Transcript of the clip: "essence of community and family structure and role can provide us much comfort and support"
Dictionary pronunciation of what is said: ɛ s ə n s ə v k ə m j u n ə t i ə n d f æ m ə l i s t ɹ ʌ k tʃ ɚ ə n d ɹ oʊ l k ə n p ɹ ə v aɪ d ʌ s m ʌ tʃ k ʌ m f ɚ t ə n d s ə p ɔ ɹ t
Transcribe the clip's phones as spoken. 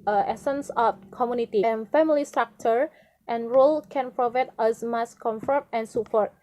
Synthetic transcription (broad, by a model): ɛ s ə n s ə f k ə m j u n ə t i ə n f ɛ m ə l i s t ɹ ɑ k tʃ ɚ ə n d ɹ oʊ l k ə n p ɹ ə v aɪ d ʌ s m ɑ s k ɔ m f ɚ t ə n s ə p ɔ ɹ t